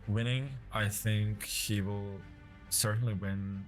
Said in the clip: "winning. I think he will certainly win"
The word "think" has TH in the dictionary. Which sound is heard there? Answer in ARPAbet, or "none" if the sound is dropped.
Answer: TH